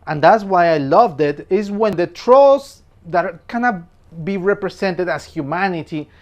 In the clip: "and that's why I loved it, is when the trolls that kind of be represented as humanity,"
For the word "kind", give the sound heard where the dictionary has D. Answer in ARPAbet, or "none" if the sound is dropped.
none